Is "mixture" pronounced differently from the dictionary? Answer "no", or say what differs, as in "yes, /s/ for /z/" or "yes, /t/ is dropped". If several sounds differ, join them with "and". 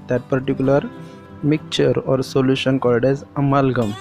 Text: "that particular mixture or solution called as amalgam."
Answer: yes, /s/ is dropped